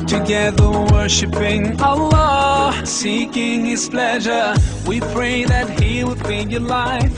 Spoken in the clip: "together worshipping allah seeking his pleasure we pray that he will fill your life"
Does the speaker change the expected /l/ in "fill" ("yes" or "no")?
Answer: yes